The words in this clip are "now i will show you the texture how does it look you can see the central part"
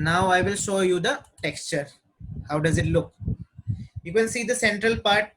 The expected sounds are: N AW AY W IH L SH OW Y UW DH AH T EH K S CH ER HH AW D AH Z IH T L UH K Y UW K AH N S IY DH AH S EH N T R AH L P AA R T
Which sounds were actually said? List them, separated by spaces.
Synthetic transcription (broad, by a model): N AW AY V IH L SH OW Y UW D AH T EH K S CH ER HH AW D AH Z IH T L UH K Y UW K AH N S IY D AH S EH N T R AH L P AA R T